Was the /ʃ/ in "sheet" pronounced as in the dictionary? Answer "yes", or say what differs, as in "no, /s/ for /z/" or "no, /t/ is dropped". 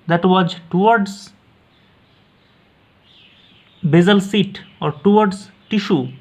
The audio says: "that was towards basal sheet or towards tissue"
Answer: no, /s/ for /ʃ/